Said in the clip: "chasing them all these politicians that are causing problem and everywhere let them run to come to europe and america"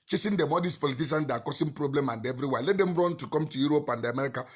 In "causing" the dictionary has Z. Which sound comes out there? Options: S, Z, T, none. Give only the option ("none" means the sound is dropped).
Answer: S